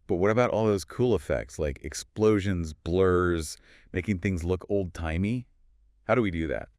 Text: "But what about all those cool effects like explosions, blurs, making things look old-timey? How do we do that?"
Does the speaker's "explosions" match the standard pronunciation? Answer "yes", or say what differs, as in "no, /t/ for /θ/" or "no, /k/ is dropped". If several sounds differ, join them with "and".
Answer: yes